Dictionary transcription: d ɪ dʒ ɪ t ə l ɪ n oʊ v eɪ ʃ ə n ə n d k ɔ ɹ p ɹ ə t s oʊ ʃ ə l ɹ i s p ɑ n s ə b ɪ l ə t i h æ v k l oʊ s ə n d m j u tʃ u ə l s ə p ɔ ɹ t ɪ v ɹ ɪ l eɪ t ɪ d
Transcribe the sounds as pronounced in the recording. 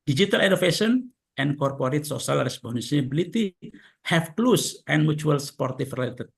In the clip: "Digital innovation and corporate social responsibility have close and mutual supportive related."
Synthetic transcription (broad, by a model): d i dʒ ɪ t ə l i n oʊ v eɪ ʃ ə n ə n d k ɔ ɹ p ɹ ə t s oʊ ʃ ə l ɹ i s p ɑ n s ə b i l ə t i h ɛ f k l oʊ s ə n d m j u tʃ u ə l s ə p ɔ ɹ t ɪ f ɹ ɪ l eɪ t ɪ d